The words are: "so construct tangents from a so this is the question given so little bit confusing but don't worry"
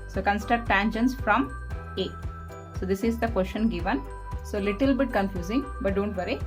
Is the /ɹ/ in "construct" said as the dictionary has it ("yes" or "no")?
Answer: no